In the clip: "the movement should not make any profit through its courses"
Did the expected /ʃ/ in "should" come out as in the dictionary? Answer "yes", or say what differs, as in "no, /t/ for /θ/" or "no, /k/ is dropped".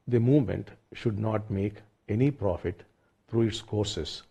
yes